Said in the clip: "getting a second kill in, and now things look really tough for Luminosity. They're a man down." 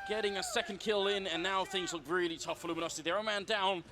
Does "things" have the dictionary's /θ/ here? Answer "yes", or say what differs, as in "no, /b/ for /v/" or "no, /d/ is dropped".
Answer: yes